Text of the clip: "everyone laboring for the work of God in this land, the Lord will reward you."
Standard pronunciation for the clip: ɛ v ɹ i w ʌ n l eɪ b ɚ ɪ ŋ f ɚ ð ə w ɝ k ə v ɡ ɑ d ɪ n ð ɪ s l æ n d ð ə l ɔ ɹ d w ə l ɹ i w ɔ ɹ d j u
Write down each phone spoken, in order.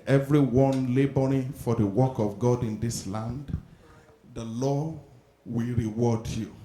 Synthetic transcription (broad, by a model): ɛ v ɹ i w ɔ n l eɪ b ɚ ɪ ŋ f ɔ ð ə w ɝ k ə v ɡ ɑ d ɪ n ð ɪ s l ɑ n d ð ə l ɔ w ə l ɹ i w ɔ d j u